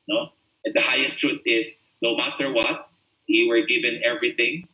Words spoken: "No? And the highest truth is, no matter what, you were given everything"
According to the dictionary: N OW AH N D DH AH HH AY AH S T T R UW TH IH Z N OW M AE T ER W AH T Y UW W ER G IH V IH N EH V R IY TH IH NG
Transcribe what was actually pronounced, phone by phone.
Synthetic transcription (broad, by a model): N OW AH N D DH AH HH AY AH S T T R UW T IH S N OW M AE T ER W AH T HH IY W ER G IH V IH N EH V R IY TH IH NG